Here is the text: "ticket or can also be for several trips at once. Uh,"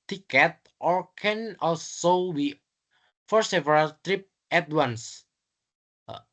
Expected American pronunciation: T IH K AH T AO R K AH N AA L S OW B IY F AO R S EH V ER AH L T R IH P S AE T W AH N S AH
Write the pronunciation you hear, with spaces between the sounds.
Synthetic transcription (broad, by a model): T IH K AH T AO R K AH N AA L S OW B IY F AO R S EH V ER AH L T R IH P EH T W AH N S